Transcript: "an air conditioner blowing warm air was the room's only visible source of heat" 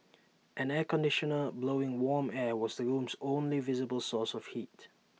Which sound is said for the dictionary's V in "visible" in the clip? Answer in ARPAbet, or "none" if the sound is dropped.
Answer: V